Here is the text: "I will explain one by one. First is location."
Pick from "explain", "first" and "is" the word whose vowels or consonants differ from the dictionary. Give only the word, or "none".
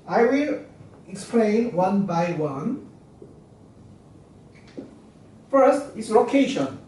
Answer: is